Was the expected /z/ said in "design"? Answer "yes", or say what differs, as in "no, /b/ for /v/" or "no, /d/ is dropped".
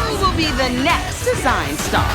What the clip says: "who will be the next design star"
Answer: yes